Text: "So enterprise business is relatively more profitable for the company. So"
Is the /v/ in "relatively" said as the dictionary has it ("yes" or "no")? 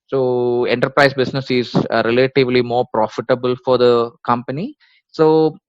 yes